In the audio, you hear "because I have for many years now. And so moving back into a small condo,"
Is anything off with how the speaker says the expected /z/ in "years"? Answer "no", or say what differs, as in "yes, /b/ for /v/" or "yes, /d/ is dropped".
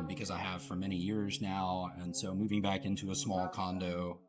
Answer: no